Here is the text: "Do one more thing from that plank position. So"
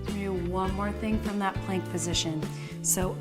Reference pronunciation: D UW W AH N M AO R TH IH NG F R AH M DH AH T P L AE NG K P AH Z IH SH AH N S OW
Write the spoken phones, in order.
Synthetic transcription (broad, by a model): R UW W AH N M AO R TH IH NG F R AH M DH AH T P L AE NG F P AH Z IH SH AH N S OW